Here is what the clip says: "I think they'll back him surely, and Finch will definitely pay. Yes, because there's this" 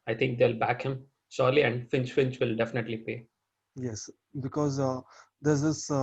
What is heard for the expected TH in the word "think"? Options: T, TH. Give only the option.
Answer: T